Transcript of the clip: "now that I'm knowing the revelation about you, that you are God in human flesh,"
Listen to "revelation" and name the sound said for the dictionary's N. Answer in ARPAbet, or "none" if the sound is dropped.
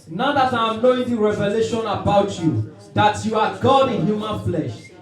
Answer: N